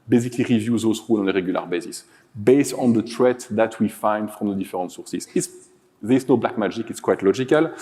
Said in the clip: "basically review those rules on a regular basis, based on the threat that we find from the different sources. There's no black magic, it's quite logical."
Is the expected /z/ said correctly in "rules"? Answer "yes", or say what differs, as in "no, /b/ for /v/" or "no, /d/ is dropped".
no, /z/ is dropped